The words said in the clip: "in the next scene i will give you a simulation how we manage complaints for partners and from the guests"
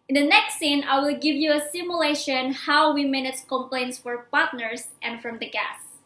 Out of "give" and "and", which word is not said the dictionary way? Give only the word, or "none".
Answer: none